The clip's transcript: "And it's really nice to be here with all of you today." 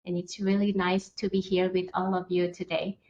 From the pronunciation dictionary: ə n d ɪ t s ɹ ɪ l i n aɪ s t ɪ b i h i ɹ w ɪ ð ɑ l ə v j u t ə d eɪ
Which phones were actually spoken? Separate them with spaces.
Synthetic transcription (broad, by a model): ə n ɪ t s ɹ ɪ l i n aɪ s t ɪ b i h i ɹ w ɪ ð ɑ l ə v j u t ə d eɪ